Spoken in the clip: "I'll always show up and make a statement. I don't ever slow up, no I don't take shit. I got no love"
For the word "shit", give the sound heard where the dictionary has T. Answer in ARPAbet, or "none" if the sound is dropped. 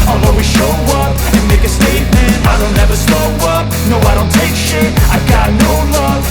none